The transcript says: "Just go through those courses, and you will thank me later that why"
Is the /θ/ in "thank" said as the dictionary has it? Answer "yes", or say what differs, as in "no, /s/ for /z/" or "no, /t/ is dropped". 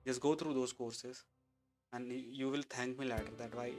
no, /t/ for /θ/